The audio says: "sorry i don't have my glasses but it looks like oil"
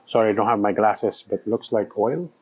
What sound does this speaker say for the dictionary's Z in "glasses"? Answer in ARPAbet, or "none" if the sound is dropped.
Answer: S